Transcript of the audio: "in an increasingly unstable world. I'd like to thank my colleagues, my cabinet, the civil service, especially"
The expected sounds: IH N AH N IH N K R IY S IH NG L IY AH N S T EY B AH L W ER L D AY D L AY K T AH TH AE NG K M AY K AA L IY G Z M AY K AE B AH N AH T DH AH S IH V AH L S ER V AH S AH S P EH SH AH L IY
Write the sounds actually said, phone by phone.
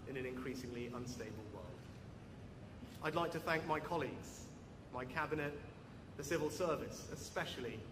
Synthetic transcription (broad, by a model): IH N AH N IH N K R IY S IH NG L IY AH N S T EY B AH L W ER L D AY D L AY K T AH TH AE NG K M AY K AA L IY G Z M AY K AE B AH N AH T DH AH S IH V AH L S ER V AH S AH S P EH SH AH L IY